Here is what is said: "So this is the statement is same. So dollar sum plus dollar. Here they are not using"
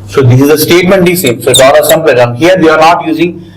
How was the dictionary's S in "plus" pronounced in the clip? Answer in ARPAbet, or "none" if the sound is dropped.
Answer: none